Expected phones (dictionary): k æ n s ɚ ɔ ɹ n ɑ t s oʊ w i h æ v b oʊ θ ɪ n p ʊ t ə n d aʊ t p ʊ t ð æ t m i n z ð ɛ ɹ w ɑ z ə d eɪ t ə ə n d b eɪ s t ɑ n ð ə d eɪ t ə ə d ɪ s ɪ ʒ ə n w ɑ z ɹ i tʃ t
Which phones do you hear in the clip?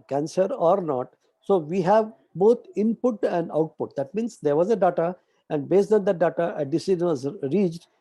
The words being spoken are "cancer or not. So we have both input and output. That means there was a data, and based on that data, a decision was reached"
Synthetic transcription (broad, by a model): k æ n s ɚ ɔ ɹ n ɑ t s oʊ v i h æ v b oʊ t ɪ n p ʊ t ə n d aʊ t p ʊ t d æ t m i n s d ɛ ɹ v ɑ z ə d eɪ t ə ə n d b eɪ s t ɑ n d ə d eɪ t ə ə d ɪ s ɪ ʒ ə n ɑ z ɹ i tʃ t